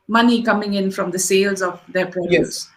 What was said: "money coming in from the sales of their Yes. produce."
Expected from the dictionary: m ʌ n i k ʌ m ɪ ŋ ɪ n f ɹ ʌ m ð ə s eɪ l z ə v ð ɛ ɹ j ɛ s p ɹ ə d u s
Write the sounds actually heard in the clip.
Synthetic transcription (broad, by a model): m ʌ n i k ʌ m ɪ ŋ ɪ n f ɹ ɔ m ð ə s eɪ l z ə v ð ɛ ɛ p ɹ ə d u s